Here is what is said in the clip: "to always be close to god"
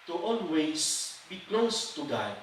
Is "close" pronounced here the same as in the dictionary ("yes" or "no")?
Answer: yes